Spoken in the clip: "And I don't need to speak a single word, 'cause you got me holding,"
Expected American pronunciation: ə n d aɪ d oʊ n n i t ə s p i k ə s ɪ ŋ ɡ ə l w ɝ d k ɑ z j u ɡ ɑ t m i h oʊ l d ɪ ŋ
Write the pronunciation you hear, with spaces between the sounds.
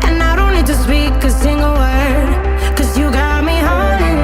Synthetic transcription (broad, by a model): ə n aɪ d oʊ n l i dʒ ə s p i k ə s ɪ ŋ ɡ ə l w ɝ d k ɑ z j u ɡ ɑ t m i h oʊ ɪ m